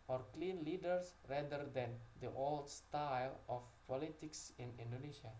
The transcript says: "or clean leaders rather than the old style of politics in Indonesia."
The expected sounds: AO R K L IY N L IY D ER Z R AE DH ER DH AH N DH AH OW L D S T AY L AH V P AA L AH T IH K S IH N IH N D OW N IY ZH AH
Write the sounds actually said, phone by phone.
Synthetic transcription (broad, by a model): AO R K L IY N L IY D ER S R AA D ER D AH N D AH OW L D S T AY L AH F P AA L AH T IH K S IH N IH N D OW N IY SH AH